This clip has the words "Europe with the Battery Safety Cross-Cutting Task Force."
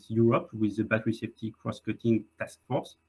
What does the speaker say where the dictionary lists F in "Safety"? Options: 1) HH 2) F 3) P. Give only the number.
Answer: 3